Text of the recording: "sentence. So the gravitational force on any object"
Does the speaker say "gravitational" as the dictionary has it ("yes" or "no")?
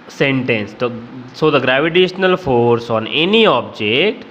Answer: yes